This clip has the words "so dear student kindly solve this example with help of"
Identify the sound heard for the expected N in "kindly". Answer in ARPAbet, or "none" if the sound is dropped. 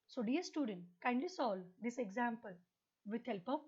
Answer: N